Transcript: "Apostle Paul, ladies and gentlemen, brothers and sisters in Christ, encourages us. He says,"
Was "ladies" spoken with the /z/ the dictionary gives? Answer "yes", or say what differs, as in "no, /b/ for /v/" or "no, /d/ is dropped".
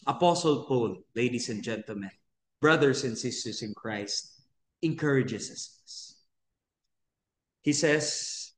no, /s/ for /z/